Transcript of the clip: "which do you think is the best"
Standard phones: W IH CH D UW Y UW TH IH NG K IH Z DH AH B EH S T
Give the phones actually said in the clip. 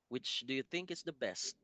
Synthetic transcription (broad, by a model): W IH CH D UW Y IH TH IH NG K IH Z DH AH B EH S T